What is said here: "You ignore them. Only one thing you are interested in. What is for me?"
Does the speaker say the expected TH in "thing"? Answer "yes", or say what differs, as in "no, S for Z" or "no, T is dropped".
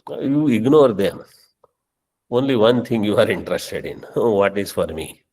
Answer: no, T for TH